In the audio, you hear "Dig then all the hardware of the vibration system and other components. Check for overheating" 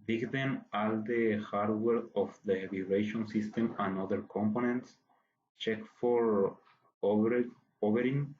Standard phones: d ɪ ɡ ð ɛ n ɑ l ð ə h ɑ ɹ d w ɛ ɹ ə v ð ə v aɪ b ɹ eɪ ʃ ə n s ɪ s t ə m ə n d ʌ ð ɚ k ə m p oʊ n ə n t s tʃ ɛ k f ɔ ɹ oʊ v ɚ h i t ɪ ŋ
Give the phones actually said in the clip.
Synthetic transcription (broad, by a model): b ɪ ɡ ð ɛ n ɑ l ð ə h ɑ ɹ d w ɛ ɹ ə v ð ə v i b ɹ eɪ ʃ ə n s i s t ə m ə n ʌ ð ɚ k ə m p oʊ n ə n t s tʃ ɛ k f ɔ ɹ oʊ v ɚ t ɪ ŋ